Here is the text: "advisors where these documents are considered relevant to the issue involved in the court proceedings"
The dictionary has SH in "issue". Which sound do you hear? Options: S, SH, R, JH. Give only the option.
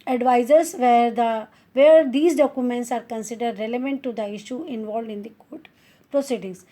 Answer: SH